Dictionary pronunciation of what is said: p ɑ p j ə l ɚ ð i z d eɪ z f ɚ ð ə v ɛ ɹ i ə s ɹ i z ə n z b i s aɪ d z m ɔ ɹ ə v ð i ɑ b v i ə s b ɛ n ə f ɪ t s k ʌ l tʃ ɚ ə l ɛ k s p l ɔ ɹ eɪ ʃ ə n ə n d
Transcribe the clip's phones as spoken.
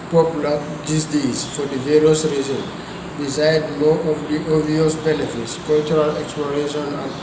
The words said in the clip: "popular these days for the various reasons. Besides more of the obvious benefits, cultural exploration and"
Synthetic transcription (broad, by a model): p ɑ p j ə l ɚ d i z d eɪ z f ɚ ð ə v ɛ ɹ i ə s ɹ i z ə n b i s aɪ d m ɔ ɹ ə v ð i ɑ v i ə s b ɛ n ə f ɪ t s k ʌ l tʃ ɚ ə l ɛ k s p l ɔ ɹ eɪ ʃ ə n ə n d